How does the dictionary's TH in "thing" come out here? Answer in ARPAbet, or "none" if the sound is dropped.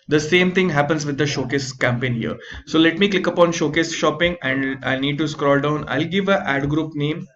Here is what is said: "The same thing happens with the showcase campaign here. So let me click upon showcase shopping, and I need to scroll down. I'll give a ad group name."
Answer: T